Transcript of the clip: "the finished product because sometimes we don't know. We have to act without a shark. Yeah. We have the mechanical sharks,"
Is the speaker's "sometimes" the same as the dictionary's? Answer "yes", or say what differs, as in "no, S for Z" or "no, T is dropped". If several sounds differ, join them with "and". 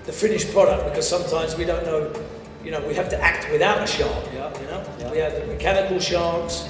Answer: yes